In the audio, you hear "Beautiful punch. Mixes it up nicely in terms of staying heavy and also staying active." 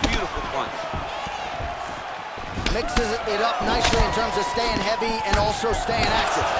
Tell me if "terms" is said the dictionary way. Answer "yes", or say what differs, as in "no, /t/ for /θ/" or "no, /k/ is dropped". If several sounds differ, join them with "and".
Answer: yes